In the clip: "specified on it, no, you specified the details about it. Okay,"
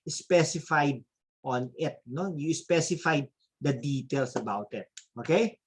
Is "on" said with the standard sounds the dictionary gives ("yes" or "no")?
yes